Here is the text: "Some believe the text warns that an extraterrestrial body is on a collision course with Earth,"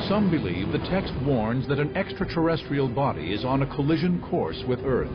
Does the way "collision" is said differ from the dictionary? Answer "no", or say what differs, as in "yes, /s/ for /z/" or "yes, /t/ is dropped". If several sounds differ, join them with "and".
no